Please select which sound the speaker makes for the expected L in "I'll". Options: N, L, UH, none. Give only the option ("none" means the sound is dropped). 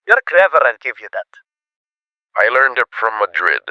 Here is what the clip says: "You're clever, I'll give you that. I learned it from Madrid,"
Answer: N